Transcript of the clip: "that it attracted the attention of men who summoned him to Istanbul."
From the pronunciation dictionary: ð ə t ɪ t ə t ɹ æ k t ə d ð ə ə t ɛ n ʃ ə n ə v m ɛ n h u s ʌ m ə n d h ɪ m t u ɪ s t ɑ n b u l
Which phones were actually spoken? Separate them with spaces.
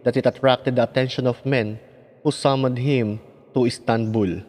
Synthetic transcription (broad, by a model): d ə t ɪ t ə t ɹ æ k t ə d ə ə t ɛ n ʃ ə n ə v m ɛ n h u s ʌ m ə d h ɪ m t u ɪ s t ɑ n b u l